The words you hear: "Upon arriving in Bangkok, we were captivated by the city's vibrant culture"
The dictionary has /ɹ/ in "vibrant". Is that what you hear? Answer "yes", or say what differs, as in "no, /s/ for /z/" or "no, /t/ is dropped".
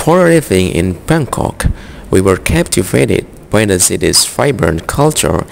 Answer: no, /ɹ/ is dropped